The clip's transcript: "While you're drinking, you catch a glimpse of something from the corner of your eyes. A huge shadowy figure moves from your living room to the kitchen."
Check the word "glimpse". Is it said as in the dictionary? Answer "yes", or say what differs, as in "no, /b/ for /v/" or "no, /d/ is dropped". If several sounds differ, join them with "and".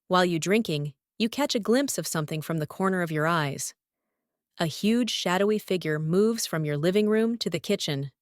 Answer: yes